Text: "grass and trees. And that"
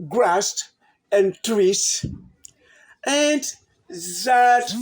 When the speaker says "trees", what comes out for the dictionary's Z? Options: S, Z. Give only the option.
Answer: S